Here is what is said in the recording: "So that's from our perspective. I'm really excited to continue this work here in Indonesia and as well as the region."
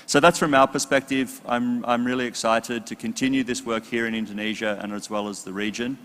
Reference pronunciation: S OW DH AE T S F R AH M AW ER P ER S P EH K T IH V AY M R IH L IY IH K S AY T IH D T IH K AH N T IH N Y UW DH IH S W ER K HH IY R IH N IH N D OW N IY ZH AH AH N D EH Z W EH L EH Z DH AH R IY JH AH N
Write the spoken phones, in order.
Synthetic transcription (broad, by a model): S OW DH AE T S F R AH M AW ER P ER S P EH K T IH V AY M R IH L IY IH K S AY T IH D T IH K AH N T IH N Y UW DH IH S W ER K HH IY R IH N IH N D OW N IY ZH AH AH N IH Z W EH L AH Z DH AH R IY JH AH N